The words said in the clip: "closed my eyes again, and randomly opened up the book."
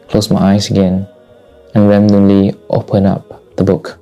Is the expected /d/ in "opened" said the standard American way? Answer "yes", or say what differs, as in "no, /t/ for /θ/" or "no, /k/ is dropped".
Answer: no, /d/ is dropped